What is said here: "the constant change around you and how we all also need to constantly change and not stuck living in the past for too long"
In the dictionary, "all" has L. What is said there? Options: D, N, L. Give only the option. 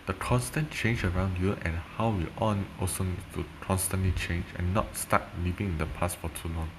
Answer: N